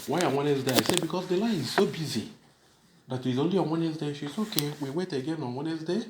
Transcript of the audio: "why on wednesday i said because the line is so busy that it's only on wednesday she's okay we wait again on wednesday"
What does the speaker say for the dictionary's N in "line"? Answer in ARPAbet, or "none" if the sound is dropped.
none